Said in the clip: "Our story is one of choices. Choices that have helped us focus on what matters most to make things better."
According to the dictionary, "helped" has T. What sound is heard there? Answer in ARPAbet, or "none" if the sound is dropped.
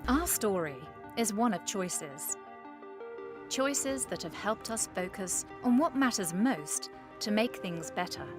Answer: T